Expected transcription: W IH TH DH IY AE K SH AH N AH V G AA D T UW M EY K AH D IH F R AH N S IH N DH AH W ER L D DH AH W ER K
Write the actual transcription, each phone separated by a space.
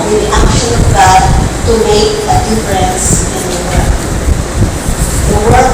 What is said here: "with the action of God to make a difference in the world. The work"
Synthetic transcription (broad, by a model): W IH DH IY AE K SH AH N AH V G AA D T UW M EY K AH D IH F R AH N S IH N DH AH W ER D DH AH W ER